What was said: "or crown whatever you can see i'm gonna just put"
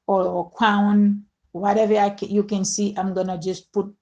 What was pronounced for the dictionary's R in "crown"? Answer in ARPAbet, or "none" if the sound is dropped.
W